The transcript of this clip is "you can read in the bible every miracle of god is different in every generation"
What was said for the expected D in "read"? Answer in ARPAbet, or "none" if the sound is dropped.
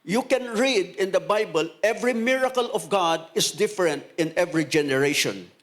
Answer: D